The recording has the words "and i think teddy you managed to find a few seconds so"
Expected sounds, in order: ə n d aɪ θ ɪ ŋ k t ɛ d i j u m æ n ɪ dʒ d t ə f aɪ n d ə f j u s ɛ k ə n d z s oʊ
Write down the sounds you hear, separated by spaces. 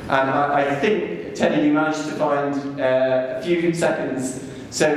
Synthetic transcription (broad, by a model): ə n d aɪ θ ɪ ŋ k t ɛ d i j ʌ m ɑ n ɪ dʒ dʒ t ə f aɪ n d ə f j u s ɛ k ə n d z s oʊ